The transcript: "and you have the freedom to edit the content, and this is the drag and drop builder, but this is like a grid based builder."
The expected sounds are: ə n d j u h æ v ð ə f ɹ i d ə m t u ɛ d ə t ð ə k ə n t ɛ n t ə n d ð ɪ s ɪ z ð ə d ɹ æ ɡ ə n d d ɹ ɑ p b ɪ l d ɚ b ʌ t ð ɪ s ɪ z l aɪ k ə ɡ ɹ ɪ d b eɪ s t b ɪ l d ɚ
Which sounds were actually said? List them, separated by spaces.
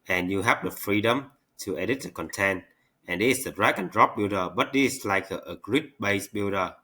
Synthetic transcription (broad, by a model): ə n j u h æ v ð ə f ɹ i d ə m t u ɛ d ə t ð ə k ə n t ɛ n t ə n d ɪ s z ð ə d ɹ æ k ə n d d ɹ ɑ p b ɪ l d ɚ b ʌ t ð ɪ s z l aɪ k ə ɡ ɹ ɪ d b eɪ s b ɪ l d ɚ